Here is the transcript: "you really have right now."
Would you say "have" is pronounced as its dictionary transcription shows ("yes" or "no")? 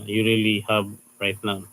no